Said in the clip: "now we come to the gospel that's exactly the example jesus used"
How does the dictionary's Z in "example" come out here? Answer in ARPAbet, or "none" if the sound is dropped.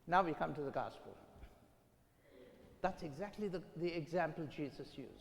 Z